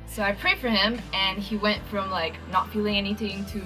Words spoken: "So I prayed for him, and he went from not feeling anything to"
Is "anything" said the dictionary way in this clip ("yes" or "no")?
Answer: yes